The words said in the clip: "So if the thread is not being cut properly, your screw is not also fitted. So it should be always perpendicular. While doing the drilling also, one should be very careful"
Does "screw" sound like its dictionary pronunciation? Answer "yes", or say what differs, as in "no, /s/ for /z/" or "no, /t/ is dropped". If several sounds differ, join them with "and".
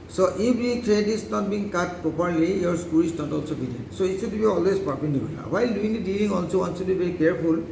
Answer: no, /ɹ/ is dropped